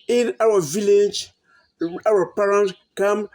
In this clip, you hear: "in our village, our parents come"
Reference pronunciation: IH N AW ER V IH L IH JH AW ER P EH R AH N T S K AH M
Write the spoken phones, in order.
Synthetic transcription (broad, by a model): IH N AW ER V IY L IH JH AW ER P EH R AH N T K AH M